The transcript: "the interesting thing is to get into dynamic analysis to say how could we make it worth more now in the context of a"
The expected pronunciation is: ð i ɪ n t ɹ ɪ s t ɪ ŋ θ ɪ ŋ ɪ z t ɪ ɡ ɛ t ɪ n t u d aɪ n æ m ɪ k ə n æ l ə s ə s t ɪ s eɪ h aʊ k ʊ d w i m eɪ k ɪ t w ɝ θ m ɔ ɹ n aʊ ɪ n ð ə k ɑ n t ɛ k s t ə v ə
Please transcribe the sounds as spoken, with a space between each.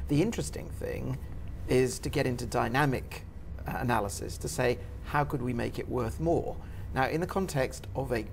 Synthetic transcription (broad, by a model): ð i ɪ n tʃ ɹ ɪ s t ɪ ŋ θ ɪ ŋ ɪ z t ɪ ɡ ɛ t ɪ n t u d aɪ n æ m ɪ k ə n æ l ə s ə s t ɪ s eɪ h aʊ k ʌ d w i m eɪ k ɪ t w ɝ θ m ɔ ɹ n aʊ ɪ n ð ə k ɑ n t ɛ k s t ə v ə